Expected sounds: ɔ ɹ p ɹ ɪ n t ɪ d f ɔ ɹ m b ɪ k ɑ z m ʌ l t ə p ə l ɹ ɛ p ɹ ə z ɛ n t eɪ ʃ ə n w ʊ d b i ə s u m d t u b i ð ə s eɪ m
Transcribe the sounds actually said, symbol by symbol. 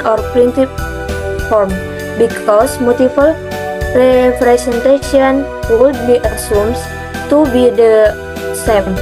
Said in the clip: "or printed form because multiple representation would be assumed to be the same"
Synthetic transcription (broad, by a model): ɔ ɹ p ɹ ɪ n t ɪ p f ɔ ɹ m b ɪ k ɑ s m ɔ t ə f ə l ɹ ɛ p ɹ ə s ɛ n t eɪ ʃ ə n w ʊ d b i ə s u m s t u b i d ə s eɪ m